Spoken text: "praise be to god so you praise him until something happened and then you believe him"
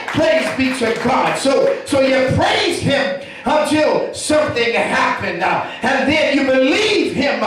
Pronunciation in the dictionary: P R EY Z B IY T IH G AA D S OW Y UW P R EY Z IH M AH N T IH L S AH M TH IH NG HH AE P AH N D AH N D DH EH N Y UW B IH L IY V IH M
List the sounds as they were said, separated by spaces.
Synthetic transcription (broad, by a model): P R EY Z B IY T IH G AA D S OW Y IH P R EY Z IH M AH N T IH L S AH M TH IH NG HH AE P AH N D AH N DH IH N Y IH B IH L IY V IH M